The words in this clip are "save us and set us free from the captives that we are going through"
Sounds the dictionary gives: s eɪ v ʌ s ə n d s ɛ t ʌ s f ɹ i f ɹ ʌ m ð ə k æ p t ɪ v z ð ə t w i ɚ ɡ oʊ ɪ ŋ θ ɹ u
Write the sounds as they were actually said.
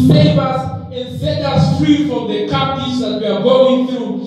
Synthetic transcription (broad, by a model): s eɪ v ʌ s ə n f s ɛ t ʌ s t ɹ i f ɹ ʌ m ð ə k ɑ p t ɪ z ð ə t w i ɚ ɡ oʊ ɪ ŋ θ ɹ u